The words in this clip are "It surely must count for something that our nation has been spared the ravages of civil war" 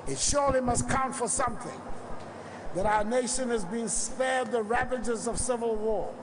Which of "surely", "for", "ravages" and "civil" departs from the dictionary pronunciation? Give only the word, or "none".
none